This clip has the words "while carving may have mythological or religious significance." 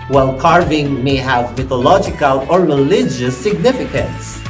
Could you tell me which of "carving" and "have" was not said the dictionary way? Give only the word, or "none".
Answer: none